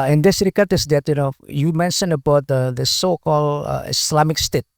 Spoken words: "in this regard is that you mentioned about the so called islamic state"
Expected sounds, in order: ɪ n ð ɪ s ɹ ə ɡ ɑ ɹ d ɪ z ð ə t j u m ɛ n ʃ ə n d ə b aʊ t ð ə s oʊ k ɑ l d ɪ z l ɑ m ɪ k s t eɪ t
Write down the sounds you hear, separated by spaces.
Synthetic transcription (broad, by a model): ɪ n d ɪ s ɹ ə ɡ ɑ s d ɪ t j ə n j u m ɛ n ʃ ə n ə b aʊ t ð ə s oʊ k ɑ l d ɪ s l ɑ m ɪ k s t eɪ t